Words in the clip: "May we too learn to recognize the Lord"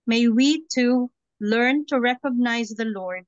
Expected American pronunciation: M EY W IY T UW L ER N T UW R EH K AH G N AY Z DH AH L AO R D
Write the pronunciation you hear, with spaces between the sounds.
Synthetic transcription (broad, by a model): M EY W IY T UW L ER N T UW R EH K AH G N AY Z DH AH L AO R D